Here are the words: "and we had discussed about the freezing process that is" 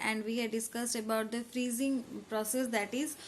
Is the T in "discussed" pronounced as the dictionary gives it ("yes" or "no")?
yes